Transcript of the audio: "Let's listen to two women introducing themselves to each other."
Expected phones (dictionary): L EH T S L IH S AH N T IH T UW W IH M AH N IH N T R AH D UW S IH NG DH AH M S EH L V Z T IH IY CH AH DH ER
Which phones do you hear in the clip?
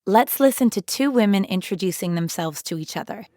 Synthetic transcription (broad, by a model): L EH T S L IH S AH N T IH T UW W IH M AH N IH N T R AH D UW S IH NG DH AH M S EH L V Z T IH IY CH AH DH ER